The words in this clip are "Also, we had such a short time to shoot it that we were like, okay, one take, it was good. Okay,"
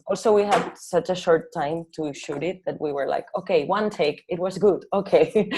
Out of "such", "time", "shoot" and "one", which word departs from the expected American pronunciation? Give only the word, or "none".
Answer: none